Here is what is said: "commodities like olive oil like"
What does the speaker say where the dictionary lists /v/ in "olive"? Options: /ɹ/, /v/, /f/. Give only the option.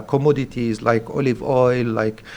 /v/